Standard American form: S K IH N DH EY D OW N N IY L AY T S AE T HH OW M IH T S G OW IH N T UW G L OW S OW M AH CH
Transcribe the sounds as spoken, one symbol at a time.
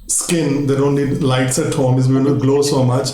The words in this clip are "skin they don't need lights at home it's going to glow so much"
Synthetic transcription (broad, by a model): S K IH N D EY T OW N L IY L AY T S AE T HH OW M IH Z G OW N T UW G L OW S OW M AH CH